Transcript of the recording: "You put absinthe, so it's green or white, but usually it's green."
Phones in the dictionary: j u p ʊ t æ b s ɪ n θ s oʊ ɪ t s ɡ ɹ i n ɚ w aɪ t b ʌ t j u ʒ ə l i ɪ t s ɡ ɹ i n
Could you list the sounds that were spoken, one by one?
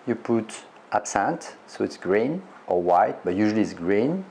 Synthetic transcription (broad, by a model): j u p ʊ t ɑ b s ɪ n t s oʊ ɪ t s ɡ ɹ i n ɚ w aɪ t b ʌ t j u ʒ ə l i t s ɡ ɹ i n